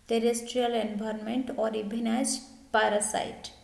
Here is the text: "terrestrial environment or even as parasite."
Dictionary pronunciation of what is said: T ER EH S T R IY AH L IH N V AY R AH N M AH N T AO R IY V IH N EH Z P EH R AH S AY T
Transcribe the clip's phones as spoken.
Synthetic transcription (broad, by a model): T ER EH S T R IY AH L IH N B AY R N M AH N T AO R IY B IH N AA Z P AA R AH S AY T